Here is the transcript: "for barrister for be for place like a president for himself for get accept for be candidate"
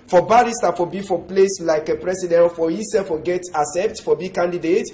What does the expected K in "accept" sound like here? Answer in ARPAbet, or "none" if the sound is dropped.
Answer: none